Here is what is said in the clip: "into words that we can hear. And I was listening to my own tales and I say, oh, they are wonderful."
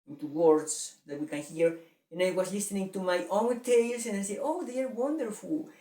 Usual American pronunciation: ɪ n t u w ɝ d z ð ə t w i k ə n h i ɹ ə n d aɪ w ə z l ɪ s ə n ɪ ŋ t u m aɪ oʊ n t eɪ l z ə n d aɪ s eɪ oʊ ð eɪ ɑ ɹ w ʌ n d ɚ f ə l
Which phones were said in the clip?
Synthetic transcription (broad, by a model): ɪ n t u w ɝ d s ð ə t w i k ə n h i ɹ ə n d aɪ w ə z l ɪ s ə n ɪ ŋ t u m aɪ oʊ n t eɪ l s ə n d aɪ s eɪ oʊ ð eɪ ɑ ɹ w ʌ n d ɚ f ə l